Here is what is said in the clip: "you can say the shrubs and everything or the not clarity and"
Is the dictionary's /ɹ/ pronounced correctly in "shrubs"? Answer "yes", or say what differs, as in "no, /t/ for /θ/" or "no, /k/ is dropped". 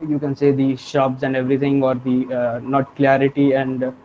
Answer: no, /ɹ/ is dropped